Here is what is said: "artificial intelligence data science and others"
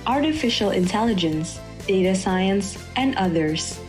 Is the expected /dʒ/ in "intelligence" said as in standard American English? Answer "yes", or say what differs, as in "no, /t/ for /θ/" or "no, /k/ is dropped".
yes